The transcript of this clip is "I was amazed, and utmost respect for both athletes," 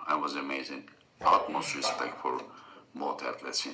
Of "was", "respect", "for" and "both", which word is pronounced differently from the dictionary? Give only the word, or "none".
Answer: both